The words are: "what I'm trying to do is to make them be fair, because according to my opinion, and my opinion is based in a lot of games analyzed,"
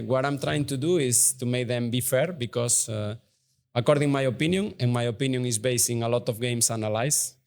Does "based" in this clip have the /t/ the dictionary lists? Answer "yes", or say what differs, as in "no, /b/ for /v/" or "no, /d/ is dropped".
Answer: no, /t/ is dropped